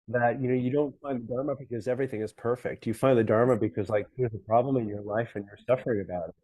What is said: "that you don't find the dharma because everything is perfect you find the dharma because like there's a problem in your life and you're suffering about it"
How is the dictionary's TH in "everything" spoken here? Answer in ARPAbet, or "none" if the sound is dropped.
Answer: TH